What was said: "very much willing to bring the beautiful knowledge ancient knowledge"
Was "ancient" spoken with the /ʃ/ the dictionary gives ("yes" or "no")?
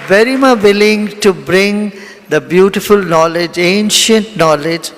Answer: yes